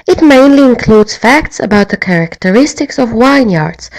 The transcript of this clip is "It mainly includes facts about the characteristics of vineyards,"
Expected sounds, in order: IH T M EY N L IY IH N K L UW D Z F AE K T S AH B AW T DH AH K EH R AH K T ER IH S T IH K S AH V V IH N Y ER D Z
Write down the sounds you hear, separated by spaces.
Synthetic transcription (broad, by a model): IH T M EY N L IY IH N K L UW D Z F AE K T S AH B AW T DH AH K EH R AH K T ER IH S T IH K S AH V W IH N Y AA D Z